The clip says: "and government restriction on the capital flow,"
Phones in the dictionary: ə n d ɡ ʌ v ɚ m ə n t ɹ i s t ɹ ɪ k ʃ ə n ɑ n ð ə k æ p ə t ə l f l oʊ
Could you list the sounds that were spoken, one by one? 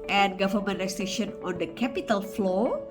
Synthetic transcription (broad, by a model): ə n ɡ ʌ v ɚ m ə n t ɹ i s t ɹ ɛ ʃ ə n ɑ n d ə k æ p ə t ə l f l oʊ